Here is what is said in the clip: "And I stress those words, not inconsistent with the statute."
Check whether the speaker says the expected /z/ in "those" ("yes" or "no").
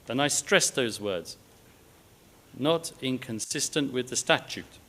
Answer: yes